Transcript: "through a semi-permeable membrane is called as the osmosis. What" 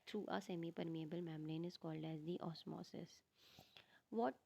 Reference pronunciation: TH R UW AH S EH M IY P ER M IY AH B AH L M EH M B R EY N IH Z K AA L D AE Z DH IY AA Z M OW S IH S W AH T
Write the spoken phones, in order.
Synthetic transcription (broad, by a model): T R UW AH S EH M IY P ER M IY AH B AH L M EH M R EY N IH Z K AA L D AE Z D IY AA S M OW S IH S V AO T